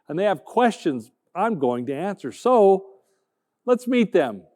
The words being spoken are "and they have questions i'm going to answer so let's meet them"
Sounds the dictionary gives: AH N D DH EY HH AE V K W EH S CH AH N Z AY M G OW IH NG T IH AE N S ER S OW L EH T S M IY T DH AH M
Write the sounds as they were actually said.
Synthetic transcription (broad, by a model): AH N DH EY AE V K W EH S CH AH N Z AY M G OW IH NG T IH AE N S ER S OW L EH T S M IY T DH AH M